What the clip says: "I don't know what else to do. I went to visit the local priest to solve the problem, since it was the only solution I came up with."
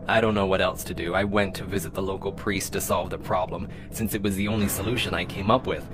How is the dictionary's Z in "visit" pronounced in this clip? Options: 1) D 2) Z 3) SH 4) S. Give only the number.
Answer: 2